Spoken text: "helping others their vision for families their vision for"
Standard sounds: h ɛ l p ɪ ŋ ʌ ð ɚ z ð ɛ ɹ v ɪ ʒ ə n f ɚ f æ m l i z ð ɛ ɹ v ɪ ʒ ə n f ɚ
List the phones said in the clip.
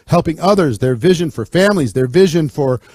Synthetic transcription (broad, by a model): h ɛ l p ɪ ŋ ʌ ð ɚ z ð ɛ ɹ v ɪ ʒ ə n f ɚ f æ m l i z ð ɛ ɹ v ɪ ʒ ə n f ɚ